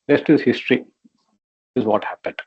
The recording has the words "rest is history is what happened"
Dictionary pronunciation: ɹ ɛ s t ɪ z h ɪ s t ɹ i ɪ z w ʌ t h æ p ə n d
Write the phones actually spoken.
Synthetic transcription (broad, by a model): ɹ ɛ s t ɪ z h ɪ s t ɹ i ɪ z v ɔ t h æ p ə n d